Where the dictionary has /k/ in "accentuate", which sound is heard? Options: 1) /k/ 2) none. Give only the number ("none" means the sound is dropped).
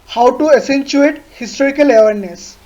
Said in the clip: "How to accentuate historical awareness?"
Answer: 2